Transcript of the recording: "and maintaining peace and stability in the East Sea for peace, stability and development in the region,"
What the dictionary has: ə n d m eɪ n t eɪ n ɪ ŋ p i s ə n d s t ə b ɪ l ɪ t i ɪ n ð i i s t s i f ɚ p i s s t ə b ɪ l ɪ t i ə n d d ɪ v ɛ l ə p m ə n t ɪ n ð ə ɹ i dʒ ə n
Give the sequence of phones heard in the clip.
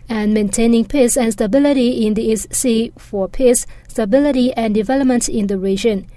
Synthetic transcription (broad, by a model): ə n m eɪ n t eɪ n ɪ ŋ p i s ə n s t ə b ɪ l ɪ t i ɪ n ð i i s t s i f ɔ p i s s t ə b ɪ l ɪ t i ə n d d ɪ v ɛ l ə p m ə n t ɪ n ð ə ɹ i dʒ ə n